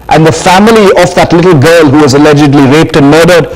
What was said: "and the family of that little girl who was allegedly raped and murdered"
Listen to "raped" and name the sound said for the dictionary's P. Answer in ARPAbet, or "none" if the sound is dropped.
P